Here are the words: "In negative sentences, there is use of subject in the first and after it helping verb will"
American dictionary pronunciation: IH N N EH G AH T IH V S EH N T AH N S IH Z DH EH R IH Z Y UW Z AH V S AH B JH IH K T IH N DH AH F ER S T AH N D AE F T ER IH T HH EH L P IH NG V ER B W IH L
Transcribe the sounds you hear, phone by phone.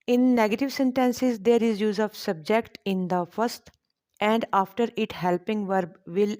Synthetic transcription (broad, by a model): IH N N EH G AH T IH V S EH N T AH N S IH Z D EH R IH Z Y UW Z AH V S AH B JH IH K T IH N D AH F ER S T AH N D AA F T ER IH T HH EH L P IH NG V ER B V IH L